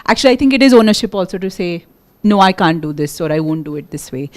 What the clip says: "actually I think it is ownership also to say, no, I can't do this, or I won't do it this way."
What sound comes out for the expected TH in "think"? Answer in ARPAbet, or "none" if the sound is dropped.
T